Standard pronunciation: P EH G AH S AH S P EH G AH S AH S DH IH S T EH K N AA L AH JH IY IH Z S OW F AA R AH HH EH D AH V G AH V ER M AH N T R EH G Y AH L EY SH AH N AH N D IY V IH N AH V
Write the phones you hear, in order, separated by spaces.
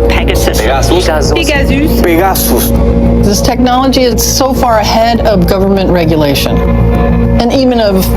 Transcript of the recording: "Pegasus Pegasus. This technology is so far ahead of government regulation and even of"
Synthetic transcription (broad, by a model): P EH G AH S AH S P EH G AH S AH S DH IH S T EH K N AA L AH JH IY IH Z S OW F AA R AH HH EH D AH V G AH V ER M AH N T R EH G Y AH L EY SH AH N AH N IY V IH N AH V